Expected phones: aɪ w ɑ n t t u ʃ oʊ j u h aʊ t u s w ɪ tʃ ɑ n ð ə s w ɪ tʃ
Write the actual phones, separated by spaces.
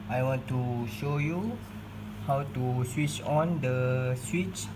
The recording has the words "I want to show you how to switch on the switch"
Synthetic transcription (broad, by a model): aɪ w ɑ n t t u ʃ oʊ j u h aʊ t u s w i tʃ ɑ n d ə s w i tʃ